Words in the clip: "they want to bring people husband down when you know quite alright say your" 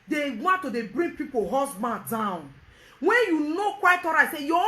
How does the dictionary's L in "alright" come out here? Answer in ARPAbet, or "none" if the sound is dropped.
none